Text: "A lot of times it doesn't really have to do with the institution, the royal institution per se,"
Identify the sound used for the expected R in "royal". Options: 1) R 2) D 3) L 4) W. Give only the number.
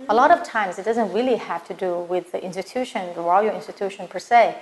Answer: 3